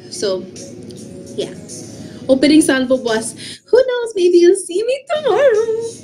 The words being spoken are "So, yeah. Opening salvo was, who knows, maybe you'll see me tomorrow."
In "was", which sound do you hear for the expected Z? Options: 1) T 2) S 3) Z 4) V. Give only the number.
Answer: 2